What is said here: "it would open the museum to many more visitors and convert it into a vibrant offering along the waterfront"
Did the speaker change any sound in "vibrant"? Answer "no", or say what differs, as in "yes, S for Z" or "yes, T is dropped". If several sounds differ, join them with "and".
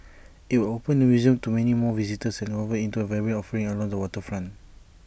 yes, B is dropped